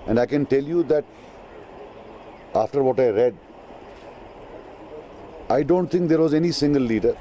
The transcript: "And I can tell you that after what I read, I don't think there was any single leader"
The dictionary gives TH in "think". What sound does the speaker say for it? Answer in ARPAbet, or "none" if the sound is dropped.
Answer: T